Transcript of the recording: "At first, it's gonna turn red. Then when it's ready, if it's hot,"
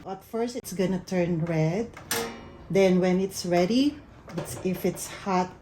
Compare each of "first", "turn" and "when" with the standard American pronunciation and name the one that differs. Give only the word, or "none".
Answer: none